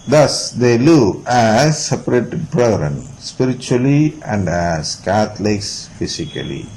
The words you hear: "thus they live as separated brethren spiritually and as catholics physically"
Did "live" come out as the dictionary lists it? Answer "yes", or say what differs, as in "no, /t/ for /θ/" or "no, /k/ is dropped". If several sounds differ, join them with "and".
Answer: no, /v/ is dropped